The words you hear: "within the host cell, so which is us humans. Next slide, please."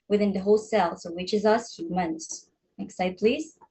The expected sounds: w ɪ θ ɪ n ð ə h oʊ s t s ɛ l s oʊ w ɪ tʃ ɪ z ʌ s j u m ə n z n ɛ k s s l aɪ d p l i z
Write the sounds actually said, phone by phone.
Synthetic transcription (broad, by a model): w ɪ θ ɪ n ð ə h oʊ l s ɛ l s oʊ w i tʃ ɪ z ʌ s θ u m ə n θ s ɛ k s s aɪ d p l i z